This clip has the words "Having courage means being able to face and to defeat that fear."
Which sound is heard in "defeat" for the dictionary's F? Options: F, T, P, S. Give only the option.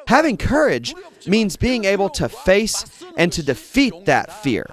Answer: F